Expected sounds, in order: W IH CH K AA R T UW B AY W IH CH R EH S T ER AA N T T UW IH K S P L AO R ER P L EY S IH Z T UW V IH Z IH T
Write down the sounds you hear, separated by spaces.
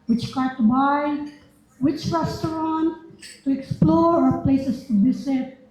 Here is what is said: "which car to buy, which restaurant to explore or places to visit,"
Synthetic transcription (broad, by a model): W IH CH K AA R T UW B AY W IH CH R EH S T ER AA N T T UW IH K S P L AO R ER P L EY S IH S T UW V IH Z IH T